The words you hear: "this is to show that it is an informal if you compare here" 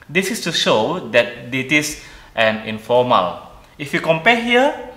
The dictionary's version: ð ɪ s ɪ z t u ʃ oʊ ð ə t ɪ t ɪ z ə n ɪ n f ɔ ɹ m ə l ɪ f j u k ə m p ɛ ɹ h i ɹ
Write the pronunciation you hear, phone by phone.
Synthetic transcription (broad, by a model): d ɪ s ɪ s t u ʃ oʊ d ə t ɪ t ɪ s ə n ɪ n f ɔ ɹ m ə l ɪ f j u k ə m p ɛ h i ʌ